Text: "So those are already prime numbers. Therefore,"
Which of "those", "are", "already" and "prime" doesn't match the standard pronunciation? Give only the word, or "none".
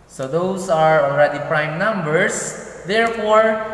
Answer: those